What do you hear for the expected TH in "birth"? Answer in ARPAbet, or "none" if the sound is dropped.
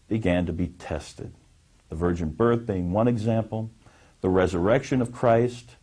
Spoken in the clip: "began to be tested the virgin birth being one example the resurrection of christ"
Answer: TH